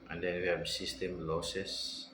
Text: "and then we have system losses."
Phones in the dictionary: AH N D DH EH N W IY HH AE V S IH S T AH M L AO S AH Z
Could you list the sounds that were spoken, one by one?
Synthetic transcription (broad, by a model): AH N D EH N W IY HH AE B S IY S T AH M L AO S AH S